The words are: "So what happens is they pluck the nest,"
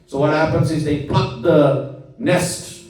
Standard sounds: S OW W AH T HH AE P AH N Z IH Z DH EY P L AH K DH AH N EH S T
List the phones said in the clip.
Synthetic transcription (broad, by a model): S OW W AH T HH AE P AH N Z IH Z DH EY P AH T DH AH N EH S T